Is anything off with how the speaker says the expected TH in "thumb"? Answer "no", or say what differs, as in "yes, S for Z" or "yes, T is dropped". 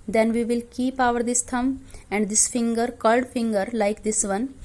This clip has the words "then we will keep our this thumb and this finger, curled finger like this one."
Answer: yes, T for TH